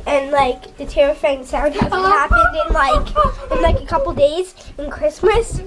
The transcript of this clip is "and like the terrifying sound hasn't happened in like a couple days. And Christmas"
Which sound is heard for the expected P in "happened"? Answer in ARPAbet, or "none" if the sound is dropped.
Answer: none